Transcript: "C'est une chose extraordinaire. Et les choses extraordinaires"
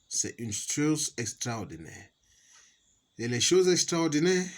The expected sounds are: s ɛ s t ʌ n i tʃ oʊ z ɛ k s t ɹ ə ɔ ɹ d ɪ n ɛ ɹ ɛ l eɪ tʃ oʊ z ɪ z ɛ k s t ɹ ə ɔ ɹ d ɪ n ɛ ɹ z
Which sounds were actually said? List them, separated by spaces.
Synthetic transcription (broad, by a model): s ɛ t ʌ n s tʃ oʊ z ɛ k s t ɹ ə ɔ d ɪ n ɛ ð ɛ l eɪ ʃ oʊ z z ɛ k s t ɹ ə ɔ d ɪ n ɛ